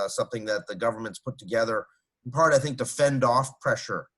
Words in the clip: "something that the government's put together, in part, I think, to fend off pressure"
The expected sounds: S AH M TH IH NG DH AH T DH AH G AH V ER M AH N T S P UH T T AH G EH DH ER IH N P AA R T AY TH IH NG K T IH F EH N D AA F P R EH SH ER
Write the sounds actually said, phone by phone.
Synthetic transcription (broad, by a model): S AH M TH IH NG DH AH T DH AH G AH V ER M AH N T S P UH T T AH G EH DH ER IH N P AA R T AY TH IH NG K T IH F EH N D AA F P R EH SH ER